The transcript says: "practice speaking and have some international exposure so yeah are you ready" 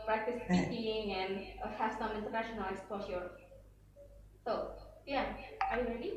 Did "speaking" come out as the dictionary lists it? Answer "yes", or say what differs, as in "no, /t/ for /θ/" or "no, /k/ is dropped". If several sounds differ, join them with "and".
no, /k/ is dropped